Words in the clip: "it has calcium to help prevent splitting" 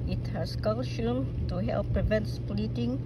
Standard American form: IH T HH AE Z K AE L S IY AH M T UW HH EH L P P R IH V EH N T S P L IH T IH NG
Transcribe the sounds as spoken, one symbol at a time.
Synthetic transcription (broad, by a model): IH T HH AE S K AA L SH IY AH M T UW HH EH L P P R IH V EH N T S P L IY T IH NG